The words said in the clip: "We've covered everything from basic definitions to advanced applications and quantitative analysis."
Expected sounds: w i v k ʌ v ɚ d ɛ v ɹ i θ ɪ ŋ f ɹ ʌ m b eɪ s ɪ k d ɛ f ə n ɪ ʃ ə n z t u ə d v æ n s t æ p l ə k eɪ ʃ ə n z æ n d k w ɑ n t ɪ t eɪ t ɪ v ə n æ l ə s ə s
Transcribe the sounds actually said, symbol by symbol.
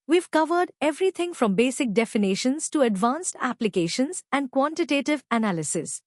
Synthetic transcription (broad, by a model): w i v k ʌ v ɚ d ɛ v ɹ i t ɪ ŋ f ɹ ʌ m b eɪ s ɪ k d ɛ f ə n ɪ ʃ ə n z t u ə d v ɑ n s t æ p l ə k eɪ ʃ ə n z æ n d k w ɑ n t ɪ t eɪ t ɪ v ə n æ l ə s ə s